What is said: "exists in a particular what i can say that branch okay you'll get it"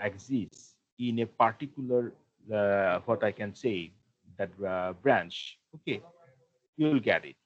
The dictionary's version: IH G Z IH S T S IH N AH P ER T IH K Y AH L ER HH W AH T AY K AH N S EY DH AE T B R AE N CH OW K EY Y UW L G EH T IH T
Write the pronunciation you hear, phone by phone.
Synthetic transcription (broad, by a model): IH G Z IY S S IH N AH P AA T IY K Y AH L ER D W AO T AY K AH N S EY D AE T B R AE N CH OW K EY Y UW L G EH T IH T